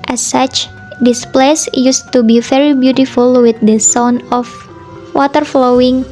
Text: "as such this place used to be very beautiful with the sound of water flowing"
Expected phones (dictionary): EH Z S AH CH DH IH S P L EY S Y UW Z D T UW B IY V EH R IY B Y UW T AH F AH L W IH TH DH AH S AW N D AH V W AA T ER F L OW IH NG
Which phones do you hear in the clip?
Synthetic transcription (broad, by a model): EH S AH CH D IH S P L EY S Y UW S T UW B IY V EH R IY B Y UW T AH F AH L W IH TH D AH S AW N AH F W AA T ER F L OW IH NG